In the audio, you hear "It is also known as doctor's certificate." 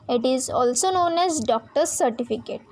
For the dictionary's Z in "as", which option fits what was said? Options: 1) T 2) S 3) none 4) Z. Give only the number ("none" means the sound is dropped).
4